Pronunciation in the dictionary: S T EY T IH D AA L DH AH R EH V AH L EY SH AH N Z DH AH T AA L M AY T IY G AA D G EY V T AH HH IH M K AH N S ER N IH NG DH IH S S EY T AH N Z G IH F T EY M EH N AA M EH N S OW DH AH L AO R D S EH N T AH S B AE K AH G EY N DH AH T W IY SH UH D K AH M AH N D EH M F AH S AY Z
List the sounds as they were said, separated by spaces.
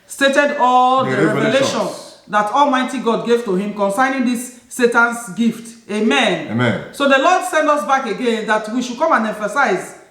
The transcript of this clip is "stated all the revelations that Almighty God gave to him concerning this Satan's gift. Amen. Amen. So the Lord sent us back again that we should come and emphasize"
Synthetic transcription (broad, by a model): S T EY T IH D AA L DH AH R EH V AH L EY SH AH N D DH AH T AA L M AY T IY G AA D G EY V T AH HH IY M K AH N S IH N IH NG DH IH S S EY T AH N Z G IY F T EY M EH N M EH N S OW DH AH L AO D S EH N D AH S B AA K AH G EY N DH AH T W IY SH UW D K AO M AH N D EH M F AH S AY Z